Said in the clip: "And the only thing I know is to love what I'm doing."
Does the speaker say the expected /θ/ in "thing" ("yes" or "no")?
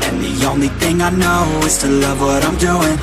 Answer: yes